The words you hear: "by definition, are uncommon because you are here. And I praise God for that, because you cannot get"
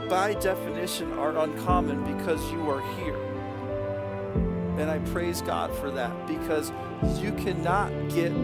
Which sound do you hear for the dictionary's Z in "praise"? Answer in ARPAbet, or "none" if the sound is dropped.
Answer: Z